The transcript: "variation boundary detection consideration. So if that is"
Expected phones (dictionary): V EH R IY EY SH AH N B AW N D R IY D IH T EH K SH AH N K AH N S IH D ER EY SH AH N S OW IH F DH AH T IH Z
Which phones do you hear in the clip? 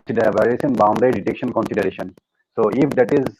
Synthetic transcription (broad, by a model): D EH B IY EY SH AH N B AW N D IY D IH T EH K SH AH N K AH N S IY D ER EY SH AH N S OW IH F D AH T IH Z